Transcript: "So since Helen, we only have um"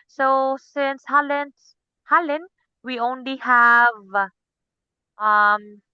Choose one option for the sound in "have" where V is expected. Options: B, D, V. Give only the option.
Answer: V